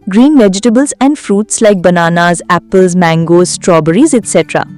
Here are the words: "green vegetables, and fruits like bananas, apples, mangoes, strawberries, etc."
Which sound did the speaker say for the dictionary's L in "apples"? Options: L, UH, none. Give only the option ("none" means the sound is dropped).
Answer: L